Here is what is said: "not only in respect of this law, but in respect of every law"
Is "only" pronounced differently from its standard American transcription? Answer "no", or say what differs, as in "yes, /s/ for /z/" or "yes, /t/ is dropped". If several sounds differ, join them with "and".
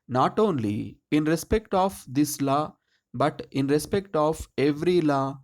no